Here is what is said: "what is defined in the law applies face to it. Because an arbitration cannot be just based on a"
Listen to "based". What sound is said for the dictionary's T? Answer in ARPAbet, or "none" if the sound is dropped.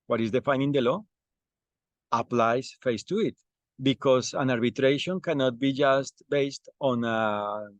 T